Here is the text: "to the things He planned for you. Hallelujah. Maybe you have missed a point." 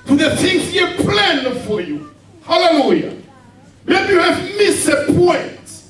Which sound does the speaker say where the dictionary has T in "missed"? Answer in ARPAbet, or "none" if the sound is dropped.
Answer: none